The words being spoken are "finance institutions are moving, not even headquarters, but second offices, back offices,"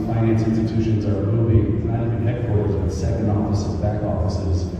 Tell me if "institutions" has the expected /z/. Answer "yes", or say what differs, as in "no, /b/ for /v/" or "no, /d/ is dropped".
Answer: yes